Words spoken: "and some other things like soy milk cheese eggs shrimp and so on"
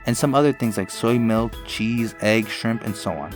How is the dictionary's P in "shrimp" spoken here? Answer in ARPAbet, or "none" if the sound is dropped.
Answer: P